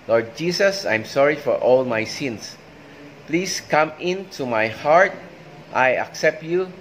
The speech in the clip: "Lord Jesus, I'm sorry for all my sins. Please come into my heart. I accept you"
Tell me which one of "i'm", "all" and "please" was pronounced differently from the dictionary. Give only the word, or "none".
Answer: please